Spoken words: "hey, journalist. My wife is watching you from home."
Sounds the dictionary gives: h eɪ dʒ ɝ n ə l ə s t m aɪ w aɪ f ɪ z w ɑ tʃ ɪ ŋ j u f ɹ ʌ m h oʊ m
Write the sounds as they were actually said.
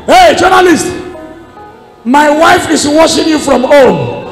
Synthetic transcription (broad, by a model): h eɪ dʒ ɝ n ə l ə s t m aɪ w aɪ f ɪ s w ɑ ʃ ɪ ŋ j u f ɹ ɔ m oʊ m